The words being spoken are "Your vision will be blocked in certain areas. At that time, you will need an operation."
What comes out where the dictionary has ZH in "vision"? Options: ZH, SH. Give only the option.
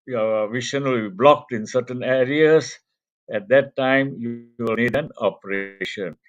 SH